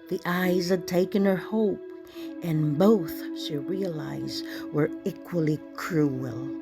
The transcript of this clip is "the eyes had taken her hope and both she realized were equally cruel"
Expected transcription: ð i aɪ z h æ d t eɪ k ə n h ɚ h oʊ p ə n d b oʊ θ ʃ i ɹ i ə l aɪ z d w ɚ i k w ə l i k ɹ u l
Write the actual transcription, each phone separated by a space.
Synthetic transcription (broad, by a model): ð i aɪ z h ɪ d t eɪ k ə n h ɚ h oʊ p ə n b oʊ θ ʃ i ɹ i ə l aɪ z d w ɚ i k w ə l i k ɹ u l